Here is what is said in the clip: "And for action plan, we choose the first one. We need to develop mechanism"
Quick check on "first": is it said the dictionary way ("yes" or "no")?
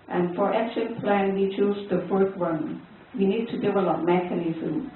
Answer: no